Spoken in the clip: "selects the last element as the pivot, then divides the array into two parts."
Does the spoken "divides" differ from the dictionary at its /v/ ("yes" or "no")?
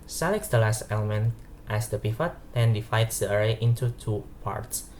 yes